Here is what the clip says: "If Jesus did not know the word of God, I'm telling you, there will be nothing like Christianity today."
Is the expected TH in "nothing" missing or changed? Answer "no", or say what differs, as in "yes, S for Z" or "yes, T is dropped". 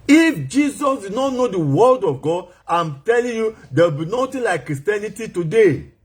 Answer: yes, T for TH